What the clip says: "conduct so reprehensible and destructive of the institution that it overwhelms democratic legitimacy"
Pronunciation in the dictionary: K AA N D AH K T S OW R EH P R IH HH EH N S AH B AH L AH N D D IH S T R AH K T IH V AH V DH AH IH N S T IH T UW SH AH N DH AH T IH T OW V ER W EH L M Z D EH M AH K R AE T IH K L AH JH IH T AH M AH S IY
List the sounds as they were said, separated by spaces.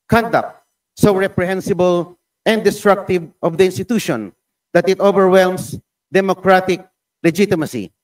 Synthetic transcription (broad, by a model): K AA N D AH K T S OW R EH P R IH HH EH N S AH B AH L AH N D D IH S T R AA K T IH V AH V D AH IH N S T IH T UW SH AH N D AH T IH T OW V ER W EH L M S D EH M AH K R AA T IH K L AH JH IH T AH M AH S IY